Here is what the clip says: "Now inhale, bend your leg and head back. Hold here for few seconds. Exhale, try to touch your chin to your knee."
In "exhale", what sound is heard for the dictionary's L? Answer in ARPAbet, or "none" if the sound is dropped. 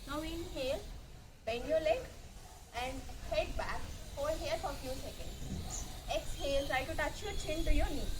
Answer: L